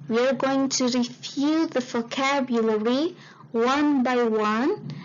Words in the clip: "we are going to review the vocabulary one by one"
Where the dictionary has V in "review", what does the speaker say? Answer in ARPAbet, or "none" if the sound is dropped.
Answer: F